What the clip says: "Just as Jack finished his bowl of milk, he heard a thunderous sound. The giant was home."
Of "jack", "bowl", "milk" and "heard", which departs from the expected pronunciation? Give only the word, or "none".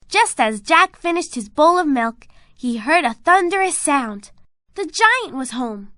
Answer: none